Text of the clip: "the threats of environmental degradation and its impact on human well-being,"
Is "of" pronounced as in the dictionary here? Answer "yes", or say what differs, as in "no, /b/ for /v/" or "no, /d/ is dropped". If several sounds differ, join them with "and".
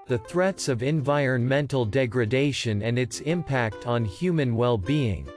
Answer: yes